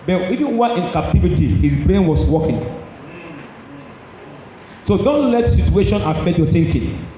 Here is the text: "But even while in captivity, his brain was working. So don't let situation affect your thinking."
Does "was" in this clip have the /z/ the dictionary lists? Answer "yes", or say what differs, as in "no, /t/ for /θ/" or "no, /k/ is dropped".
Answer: no, /s/ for /z/